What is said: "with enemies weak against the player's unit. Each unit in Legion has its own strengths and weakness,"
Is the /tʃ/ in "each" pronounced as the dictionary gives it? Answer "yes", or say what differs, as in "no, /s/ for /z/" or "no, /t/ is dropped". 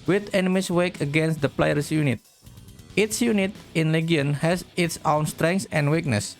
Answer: no, /s/ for /tʃ/